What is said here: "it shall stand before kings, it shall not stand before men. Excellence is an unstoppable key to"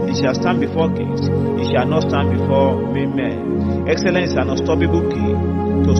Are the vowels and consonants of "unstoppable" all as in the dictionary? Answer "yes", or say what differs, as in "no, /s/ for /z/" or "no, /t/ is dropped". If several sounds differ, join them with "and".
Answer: no, /n/ is dropped